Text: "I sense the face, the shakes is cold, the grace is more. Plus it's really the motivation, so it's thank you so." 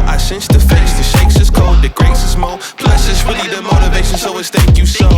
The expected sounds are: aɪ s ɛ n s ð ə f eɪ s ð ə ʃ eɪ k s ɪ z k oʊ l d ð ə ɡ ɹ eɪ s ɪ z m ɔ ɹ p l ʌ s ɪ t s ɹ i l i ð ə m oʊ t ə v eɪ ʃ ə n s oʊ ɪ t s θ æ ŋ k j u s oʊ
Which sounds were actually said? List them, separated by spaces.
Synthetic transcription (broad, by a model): aɪ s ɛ n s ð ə f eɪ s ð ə ʃ eɪ k s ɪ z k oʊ d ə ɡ ɹ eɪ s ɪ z m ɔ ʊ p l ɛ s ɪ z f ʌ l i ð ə m oʊ t ə v eɪ ʃ ə n s oʊ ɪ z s θ æ ŋ k j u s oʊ